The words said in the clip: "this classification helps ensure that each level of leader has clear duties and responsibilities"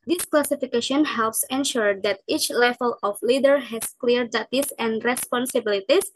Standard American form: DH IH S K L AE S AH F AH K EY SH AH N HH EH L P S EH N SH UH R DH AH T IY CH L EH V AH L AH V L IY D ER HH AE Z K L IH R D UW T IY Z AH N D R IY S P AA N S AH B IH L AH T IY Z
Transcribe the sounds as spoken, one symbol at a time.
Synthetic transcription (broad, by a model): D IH S K L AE S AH F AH K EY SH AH N HH EH L P S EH N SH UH R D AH T IY CH L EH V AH L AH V L IY D ER HH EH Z K L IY R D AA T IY S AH N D R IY S P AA N S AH B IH L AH T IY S